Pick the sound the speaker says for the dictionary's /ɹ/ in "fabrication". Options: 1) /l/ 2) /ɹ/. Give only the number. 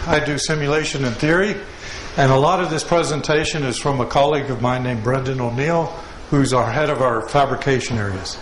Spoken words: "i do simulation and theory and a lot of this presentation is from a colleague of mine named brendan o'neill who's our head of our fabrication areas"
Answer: 2